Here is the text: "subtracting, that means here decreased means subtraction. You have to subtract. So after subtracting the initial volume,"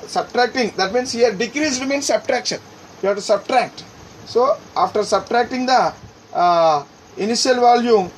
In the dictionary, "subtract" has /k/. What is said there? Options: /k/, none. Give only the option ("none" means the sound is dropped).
/k/